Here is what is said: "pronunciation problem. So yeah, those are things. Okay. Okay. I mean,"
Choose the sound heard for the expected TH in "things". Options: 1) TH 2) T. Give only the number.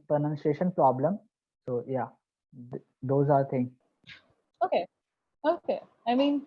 2